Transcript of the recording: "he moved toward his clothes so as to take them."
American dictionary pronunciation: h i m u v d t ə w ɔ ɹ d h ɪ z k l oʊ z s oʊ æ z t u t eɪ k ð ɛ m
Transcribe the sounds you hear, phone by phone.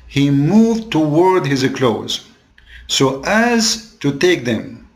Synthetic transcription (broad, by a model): h i m u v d t ə w ɔ ɹ d h ɪ z k l oʊ z s oʊ æ z t u t eɪ k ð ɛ m